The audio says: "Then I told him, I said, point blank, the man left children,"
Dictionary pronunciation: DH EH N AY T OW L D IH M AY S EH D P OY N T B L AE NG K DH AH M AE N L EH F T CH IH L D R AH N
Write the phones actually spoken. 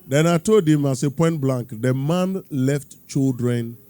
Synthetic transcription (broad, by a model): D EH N AY T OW D IH M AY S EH P OY N T B L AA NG K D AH M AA N L EH F T CH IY L D R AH N